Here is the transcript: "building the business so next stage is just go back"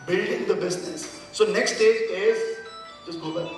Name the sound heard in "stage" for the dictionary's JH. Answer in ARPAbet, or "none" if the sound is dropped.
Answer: none